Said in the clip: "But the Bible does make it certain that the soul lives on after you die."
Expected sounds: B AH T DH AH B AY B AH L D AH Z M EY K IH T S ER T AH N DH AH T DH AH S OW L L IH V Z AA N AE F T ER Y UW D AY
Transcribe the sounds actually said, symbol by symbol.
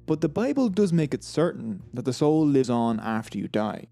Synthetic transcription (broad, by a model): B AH T DH AH B AY B AH L D AH Z M EY K IH T S ER T N DH AH T DH AH S OW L L IH V Z N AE F T ER Y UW D AY